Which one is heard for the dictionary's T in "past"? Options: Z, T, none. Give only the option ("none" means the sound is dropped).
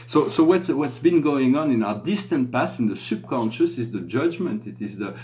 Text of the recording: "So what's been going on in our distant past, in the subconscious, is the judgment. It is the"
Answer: none